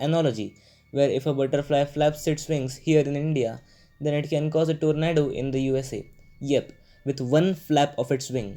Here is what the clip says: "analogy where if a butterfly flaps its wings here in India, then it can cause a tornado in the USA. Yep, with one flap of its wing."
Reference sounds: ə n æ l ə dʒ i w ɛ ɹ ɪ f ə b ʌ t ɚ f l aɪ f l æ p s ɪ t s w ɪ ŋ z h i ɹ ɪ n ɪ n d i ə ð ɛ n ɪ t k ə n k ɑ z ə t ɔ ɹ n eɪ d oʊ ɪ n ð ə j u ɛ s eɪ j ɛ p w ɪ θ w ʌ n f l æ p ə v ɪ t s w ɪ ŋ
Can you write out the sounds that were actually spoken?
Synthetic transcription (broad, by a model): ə n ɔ l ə dʒ i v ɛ ɹ ɪ f ə b ʌ t ɚ f l aɪ f l æ p s ɪ t s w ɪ ŋ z h i ɹ ɪ n ɪ n d i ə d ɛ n ɪ t k ə n k ɑ z ə t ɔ ɹ n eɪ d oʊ ɪ n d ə j u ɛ s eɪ j ɛ p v ɪ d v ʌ n f l æ p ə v ɪ t s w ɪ ŋ